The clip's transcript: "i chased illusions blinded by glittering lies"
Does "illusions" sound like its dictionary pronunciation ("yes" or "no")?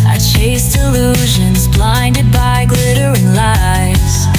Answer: yes